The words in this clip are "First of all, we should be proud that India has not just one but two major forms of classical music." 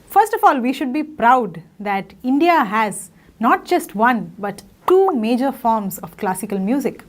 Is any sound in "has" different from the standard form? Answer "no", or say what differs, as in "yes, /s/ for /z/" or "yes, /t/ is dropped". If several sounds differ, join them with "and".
no